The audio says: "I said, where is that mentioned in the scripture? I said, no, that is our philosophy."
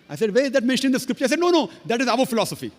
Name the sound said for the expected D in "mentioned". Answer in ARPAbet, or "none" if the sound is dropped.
none